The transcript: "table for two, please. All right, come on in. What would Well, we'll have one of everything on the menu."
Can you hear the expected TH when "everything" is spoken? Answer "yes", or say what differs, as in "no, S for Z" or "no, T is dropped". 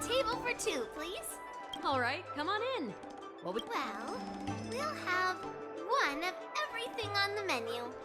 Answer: yes